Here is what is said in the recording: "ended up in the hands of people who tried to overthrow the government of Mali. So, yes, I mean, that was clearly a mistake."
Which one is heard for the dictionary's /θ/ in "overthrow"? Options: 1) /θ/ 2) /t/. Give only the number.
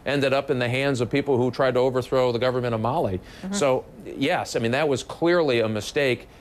1